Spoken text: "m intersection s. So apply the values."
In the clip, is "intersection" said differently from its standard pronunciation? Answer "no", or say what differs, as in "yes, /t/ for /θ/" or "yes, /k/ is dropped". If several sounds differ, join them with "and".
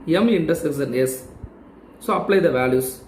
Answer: yes, /s/ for /ʃ/